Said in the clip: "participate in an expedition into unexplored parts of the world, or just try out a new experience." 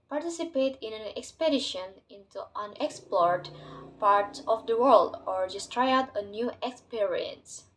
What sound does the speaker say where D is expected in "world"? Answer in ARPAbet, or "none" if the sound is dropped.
D